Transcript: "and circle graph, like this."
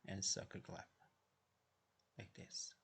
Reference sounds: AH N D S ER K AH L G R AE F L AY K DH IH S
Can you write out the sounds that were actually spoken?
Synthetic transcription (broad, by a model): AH N S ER K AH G L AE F L AY K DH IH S